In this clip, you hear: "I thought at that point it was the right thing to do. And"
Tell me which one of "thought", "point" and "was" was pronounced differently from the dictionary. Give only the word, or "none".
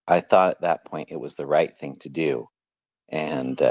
none